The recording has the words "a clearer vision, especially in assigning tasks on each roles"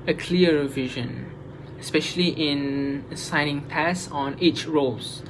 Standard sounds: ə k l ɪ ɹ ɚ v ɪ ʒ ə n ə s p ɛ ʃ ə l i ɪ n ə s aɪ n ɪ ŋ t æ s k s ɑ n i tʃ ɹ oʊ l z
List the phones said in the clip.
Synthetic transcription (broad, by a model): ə k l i ɚ v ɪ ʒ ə n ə s p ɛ ʃ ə l i ɪ n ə s aɪ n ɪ ŋ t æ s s ɑ n i tʃ ɹ oʊ l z